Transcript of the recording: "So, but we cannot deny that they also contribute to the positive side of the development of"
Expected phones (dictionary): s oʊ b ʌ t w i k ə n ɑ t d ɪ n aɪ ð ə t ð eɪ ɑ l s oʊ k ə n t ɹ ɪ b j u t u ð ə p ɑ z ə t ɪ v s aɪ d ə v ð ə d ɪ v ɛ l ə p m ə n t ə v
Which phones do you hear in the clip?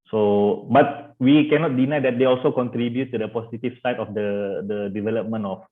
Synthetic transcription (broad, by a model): s oʊ b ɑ t w i k ə n ɑ t d ɪ n aɪ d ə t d eɪ ɑ l s oʊ k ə n t ɹ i b j u t u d ə p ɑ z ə t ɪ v s aɪ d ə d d ə d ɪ v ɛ l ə p m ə n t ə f